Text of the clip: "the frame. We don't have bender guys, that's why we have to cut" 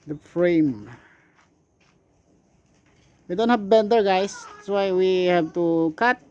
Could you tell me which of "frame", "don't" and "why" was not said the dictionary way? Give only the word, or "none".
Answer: none